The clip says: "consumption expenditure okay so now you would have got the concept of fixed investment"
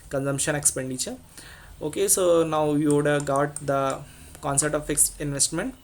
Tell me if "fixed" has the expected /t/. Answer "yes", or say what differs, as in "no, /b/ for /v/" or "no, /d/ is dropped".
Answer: no, /t/ is dropped